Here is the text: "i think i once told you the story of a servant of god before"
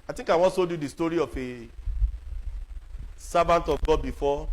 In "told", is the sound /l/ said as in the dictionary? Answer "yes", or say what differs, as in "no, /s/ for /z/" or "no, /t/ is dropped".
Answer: no, /l/ is dropped